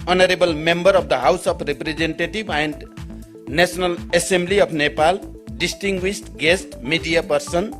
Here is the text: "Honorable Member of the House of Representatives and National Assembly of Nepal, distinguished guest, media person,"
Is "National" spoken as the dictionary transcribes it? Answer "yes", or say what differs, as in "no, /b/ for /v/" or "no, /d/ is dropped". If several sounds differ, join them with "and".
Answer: no, /s/ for /ʃ/